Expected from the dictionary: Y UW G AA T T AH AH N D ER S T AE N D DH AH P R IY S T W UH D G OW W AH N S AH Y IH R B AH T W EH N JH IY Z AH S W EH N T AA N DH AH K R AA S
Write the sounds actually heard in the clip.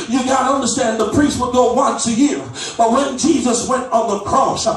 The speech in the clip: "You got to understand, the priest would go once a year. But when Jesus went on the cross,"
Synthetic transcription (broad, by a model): Y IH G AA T T AH AH N D ER S T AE N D DH AH P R IY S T W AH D G OW W AH N S AH Y IH R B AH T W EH N JH IY Z AH S W EH N T N DH AH K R AA S